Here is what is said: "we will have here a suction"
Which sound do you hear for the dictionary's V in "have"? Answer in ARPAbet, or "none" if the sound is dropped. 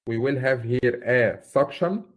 V